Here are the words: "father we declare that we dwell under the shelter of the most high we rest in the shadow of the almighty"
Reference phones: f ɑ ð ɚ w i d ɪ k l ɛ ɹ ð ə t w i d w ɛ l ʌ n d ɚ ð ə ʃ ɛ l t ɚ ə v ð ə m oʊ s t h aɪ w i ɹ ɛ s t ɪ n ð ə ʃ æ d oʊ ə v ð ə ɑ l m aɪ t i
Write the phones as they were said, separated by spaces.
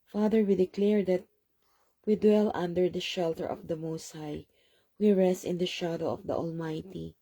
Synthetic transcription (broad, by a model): f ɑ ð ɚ w i d ɪ k l ɛ ɹ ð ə t w i d w ɛ l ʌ n d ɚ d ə ʃ ɛ l t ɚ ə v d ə m oʊ s t h aɪ w i ɹ ɛ s t ɪ n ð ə ʃ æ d oʊ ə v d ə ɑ l m aɪ t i